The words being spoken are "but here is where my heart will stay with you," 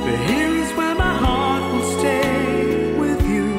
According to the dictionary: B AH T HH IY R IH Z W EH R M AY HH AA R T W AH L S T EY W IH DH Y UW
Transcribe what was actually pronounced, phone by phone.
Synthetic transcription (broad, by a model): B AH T HH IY R IH Z W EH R M AY HH AA R T W AH L S T EY W IH DH Y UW